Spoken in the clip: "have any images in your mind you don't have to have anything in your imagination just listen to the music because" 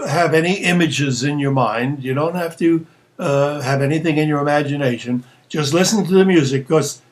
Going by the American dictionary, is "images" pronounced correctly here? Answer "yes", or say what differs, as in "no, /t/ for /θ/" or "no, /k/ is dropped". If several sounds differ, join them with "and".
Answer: yes